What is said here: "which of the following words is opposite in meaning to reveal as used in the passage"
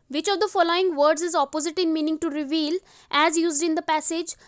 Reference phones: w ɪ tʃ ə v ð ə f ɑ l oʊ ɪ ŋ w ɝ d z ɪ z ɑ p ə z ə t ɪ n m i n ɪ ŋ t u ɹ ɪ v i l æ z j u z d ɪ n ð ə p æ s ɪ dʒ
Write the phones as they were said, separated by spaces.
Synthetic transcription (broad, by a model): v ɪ tʃ ə v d ə f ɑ l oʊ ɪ ŋ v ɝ d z ɪ z ɑ p ə z ə t ɪ n m i n ɪ ŋ t u ɹ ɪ v i l æ z j u z d ɪ n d ə p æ s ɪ dʒ